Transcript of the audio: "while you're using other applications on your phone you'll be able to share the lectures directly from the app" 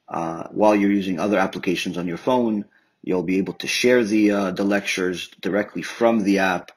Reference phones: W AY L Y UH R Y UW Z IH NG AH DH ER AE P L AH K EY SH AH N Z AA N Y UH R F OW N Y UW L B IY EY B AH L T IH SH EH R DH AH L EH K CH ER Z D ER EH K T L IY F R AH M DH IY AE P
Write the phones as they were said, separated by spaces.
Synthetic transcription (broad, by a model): W AY L Y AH R Y UW Z IH NG AH DH ER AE P L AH K EY SH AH N Z N Y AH R F OW N Y UW L B IY EY B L T IH SH EH R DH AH L EH K CH ER Z D ER EH K T L IY F R AH M DH IY AE P